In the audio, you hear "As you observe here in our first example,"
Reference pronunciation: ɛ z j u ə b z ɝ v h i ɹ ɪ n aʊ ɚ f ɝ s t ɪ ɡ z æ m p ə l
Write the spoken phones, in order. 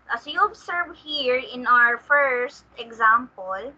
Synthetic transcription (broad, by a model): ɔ j u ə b s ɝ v h i ɹ ɪ n aʊ ɚ f ɝ s t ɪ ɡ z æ m p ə l